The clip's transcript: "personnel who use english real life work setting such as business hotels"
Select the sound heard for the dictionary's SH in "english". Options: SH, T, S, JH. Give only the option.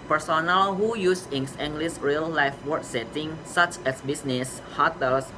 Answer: S